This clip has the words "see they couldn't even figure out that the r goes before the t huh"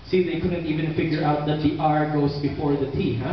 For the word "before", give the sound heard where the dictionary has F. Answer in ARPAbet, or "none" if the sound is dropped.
F